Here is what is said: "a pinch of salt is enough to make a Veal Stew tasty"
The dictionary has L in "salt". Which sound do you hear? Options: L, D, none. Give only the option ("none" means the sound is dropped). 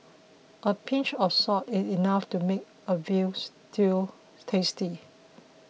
none